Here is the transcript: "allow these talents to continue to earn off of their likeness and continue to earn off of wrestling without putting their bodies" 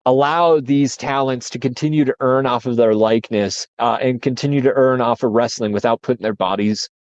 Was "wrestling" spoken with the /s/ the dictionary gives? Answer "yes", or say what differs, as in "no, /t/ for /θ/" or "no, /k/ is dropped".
yes